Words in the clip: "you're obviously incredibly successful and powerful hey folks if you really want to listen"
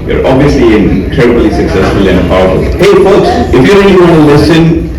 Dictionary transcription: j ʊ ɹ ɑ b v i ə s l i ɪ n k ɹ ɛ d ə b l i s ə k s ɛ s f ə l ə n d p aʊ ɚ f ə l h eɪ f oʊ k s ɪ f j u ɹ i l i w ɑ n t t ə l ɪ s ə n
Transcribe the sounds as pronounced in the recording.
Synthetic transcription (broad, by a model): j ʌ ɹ ɑ b v i ə s l i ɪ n k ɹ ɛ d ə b l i s ə k s ɛ s f ə l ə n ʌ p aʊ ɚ ə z h eɪ f oʊ k s ɪ f j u ɹ i l i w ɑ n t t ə l ɪ s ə n